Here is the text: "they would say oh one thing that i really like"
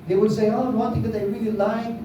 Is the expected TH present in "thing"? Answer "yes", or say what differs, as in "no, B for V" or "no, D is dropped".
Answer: no, T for TH